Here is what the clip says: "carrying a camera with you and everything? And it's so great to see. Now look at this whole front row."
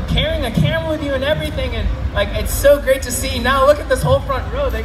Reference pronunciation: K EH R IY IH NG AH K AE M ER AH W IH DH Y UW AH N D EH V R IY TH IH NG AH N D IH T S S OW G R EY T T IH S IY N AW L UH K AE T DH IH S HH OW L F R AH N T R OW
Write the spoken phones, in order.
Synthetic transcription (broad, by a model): K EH R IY IH NG AH K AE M W IH DH Y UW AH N EH V R IY TH IH NG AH N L IH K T S OW G R EY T T IH S IY N AW L UH K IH T DH IH S HH OW L F R AH N T R OW